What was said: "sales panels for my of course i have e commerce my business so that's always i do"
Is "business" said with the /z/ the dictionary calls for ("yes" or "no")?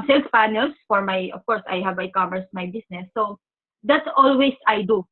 no